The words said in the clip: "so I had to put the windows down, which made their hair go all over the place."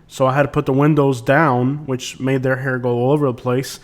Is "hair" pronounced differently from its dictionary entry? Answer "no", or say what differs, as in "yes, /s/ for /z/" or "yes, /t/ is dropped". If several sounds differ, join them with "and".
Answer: no